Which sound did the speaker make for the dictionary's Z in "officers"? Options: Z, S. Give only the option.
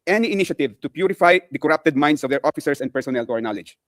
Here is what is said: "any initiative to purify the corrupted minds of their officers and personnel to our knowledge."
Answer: S